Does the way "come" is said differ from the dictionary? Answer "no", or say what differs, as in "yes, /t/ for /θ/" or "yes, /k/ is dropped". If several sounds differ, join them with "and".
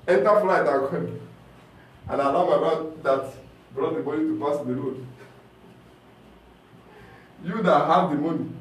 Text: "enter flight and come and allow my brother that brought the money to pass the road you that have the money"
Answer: yes, /m/ is dropped